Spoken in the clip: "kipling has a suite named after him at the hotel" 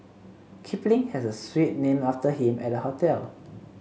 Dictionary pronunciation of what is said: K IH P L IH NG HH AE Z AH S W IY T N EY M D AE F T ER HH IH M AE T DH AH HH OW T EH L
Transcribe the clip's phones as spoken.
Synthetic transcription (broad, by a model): K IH P L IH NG HH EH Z AH S W IY T N EY M AA F T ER HH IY M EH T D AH HH OW T EH L